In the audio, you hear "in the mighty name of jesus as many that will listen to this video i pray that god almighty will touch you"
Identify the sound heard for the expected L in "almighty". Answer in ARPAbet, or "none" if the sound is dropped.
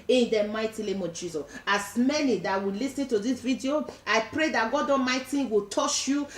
none